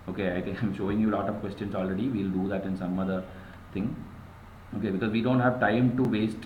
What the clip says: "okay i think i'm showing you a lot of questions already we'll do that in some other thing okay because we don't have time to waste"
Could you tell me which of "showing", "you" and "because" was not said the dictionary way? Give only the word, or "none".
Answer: none